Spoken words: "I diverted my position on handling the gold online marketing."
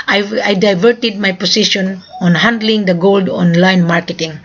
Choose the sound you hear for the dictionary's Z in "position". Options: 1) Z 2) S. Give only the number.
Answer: 2